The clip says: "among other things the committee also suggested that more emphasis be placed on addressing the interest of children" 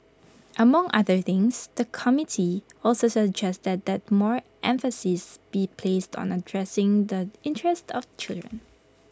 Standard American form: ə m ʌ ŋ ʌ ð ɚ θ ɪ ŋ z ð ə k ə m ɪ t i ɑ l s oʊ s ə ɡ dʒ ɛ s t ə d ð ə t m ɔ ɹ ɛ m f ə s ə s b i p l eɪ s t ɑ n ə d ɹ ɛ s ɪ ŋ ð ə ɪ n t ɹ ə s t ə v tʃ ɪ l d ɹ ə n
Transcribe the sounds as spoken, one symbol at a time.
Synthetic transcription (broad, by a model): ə m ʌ ŋ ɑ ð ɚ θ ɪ ŋ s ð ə k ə m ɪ t i ɑ l s oʊ s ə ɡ dʒ ɛ s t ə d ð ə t m ɔ ɹ ɛ m f ə s ə s b i p l eɪ s t ɑ n ə d ɹ ɛ s ɪ ŋ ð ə ɪ n t ɹ ə s t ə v tʃ ɪ l d ɹ ə n